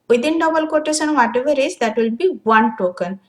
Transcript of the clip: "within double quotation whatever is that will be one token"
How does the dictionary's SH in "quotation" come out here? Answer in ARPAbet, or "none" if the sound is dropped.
S